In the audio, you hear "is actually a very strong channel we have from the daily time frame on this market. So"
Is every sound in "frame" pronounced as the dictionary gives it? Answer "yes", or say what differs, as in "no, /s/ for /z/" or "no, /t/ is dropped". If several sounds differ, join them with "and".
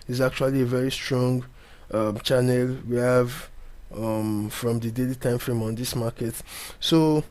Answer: yes